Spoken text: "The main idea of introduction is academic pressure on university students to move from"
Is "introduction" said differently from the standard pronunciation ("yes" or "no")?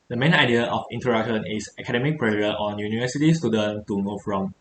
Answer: yes